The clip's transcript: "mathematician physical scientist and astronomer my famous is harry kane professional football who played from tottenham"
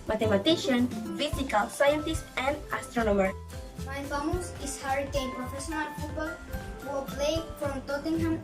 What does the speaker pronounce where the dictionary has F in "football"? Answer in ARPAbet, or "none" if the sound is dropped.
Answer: P